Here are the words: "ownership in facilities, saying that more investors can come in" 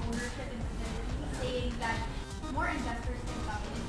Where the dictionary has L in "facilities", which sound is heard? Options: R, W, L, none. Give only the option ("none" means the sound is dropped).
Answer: none